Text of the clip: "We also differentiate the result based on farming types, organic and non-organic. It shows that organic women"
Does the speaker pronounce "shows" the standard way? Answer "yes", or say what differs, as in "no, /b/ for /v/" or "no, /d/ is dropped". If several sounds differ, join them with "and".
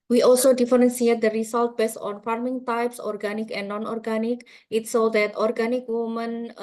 no, /s/ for /ʃ/